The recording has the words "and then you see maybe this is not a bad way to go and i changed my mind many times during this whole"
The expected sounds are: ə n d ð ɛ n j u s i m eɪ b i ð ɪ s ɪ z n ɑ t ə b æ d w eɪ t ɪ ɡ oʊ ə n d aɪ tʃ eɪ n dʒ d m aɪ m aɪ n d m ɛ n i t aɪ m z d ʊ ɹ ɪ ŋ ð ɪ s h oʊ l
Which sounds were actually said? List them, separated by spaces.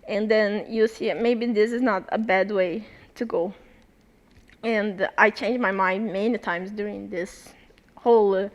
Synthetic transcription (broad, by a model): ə n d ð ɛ n j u s i m eɪ b i ð ɪ s ɪ z n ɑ t ə b æ d w eɪ t ɪ ɡ oʊ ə n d aɪ tʃ eɪ n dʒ m aɪ m aɪ n d m ɛ n i t aɪ m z d ʊ ɹ ɪ ŋ ð ɪ s h oʊ l